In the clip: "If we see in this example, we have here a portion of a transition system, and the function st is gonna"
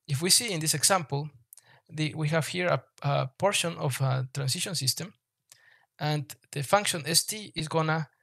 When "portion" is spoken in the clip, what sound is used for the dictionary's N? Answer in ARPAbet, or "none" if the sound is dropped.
N